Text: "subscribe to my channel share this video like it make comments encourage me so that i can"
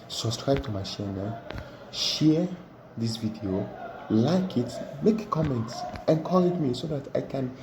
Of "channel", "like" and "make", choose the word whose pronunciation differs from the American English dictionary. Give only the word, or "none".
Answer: channel